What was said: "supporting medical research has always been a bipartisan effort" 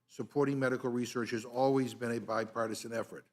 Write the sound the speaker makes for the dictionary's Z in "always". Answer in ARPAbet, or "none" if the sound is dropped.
Z